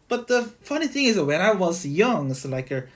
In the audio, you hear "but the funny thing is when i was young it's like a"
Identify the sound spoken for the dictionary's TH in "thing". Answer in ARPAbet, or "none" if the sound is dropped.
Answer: TH